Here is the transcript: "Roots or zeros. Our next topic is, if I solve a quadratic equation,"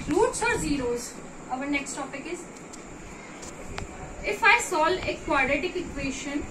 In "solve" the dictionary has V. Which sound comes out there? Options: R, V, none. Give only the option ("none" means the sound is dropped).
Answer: none